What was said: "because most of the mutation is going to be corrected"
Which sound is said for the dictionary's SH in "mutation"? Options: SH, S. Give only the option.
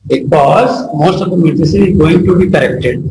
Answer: S